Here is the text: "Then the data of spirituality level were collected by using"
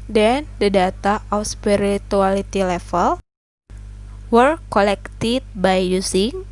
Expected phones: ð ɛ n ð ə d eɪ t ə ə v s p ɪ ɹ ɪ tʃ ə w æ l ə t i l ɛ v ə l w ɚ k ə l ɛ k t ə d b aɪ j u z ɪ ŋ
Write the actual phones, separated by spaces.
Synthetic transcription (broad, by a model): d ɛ n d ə d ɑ t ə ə f s p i ɹ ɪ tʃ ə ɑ l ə t i l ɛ f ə l w ɚ k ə l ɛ k t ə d b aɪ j u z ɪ ŋ